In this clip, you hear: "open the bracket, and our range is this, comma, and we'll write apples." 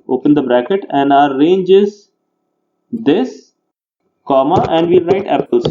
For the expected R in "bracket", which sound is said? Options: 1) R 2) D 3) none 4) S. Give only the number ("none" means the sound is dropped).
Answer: 1